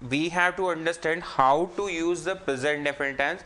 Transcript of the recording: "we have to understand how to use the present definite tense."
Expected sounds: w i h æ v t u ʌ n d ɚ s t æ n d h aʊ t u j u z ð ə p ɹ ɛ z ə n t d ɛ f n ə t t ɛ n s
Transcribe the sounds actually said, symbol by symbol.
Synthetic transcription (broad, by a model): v i h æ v t u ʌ n d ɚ s t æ n d h aʊ t u j u z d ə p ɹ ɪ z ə t d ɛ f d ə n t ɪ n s